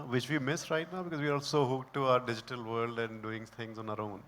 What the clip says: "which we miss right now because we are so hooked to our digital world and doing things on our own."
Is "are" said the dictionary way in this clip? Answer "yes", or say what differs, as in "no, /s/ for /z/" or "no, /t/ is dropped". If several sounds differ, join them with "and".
no, /l/ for /ɹ/